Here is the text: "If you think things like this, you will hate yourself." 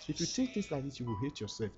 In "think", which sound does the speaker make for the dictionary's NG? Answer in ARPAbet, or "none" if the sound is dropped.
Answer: none